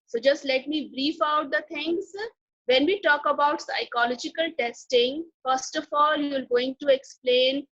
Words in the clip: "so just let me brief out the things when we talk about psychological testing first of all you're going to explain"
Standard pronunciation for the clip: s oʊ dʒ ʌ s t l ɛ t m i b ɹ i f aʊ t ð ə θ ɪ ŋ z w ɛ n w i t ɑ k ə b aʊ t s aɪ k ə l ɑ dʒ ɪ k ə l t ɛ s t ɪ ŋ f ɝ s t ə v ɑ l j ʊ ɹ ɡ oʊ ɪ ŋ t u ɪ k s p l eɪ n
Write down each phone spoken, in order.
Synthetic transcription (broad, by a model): s oʊ dʒ ʌ s t l ɛ t m i b ɹ i f aʊ t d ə t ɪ ŋ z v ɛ n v i t ɑ k ə b aʊ t s aɪ k ə l ɑ dʒ ɪ k ə l t ɛ s t ɪ ŋ f ɝ s t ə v ɑ l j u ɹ ɡ oʊ ɪ ŋ t u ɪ k s p l eɪ n